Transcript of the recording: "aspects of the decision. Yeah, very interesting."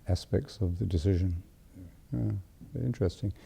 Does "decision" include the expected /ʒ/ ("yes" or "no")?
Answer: yes